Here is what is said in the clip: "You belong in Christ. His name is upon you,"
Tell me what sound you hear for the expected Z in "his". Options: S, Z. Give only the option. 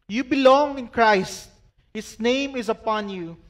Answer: S